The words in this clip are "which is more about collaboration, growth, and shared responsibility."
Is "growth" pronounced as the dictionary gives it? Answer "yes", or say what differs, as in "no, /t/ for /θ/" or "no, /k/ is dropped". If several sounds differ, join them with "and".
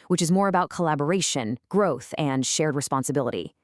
yes